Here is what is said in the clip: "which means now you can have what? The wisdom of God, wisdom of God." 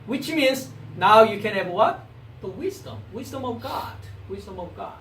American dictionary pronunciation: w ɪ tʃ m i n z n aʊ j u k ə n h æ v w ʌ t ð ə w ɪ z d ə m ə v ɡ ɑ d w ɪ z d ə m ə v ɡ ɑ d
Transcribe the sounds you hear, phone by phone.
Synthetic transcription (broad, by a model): w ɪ tʃ m i n z n aʊ j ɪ k ə n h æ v w ʌ t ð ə w ɪ z d ə m ə v ɡ ɑ d w ɪ z d ə m ə v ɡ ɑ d